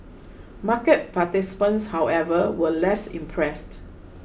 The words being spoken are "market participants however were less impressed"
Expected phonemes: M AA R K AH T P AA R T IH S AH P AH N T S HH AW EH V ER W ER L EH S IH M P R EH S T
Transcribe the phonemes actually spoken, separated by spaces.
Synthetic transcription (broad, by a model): M AA K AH T P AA T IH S P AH N S HH AW EH V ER W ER L EH S IH M P R EH S T